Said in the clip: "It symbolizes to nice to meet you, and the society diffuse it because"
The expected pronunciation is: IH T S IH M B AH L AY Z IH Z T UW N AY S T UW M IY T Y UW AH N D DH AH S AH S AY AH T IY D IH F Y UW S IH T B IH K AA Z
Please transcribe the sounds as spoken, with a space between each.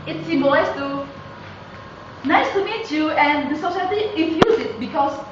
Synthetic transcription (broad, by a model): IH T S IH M AH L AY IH S T UW N AY S T UW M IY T Y UW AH N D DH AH S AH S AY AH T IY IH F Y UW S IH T B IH K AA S